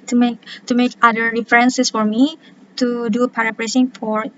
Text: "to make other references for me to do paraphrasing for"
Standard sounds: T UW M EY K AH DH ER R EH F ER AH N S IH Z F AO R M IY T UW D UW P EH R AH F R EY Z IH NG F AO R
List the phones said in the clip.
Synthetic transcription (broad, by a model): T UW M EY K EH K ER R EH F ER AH N S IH S F AO R M IY T UW D UW P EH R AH P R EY S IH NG F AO R